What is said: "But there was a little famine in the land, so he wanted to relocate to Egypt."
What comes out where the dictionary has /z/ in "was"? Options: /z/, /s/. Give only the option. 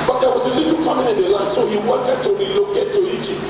/s/